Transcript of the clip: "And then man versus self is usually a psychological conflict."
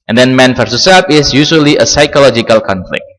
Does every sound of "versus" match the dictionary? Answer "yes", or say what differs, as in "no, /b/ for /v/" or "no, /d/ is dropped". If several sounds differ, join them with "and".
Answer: no, /f/ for /v/